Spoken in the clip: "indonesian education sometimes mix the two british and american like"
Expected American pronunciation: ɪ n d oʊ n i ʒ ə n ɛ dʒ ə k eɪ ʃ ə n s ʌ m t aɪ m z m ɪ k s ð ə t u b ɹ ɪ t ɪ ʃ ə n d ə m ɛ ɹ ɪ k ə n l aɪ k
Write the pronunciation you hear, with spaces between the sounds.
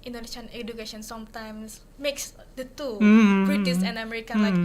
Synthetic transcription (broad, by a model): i n d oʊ n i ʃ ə n ɛ dʒ ə k eɪ ʃ ə n s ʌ m t aɪ m s m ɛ k s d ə t u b ɹ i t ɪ s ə n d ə m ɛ ɹ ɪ k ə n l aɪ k